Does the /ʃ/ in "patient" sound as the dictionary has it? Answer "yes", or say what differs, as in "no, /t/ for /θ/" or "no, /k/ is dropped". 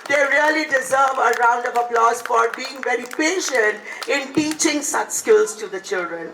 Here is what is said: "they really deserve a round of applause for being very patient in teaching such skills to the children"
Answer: yes